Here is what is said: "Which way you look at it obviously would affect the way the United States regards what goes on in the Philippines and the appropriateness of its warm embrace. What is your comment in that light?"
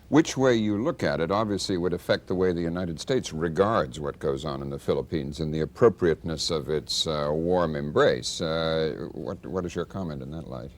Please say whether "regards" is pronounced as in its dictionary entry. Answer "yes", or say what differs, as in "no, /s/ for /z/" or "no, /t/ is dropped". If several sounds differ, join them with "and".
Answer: yes